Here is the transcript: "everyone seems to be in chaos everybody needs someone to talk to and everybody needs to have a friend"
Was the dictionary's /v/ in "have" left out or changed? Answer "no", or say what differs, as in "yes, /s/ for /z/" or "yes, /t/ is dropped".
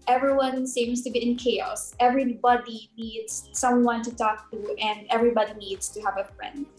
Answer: no